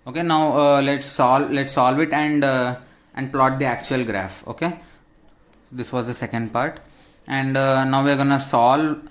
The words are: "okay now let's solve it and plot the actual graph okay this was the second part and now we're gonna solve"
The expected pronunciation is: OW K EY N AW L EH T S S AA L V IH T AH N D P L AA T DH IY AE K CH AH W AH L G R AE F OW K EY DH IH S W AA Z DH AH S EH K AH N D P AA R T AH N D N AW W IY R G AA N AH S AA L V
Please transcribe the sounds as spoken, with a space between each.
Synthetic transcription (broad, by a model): OW K EY N AW L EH T S S AA L V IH T AH N D P L AA T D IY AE K CH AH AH L G R AE F OW K EY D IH S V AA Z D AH S EH K AH N D P AA R T AH N D N AW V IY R G AA N AH S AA L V